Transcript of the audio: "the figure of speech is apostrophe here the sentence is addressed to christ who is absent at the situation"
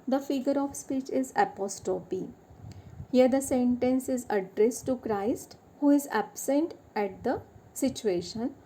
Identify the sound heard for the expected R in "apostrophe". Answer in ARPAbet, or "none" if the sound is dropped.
none